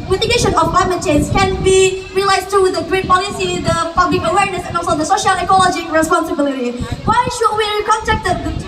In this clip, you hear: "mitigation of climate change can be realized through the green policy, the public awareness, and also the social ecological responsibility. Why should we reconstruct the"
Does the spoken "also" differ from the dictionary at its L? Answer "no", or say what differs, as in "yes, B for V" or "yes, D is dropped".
yes, L is dropped